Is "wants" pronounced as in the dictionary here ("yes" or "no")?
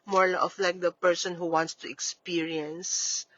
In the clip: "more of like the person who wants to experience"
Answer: yes